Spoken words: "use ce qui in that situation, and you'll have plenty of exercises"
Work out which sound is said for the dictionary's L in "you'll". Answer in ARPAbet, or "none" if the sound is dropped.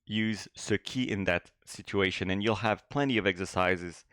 L